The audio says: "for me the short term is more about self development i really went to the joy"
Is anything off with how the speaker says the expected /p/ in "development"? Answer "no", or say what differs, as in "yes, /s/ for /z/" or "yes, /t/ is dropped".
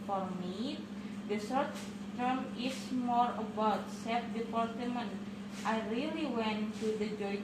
yes, /p/ is dropped